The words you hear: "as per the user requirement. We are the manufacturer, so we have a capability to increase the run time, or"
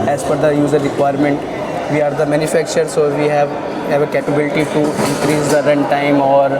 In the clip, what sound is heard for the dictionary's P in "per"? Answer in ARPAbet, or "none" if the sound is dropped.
F